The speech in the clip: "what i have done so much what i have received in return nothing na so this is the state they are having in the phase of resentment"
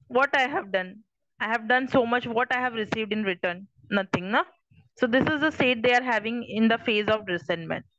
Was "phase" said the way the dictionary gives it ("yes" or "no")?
yes